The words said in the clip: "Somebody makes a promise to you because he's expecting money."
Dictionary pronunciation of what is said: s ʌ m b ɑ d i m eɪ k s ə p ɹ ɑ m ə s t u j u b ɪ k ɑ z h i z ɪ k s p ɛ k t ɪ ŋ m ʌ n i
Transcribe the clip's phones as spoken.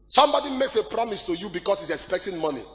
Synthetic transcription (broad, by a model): s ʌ m b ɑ d i m eɪ k s ə p ɹ ɑ m ə s t u j u b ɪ k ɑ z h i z ɪ k s p ɛ k t ɪ ŋ m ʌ n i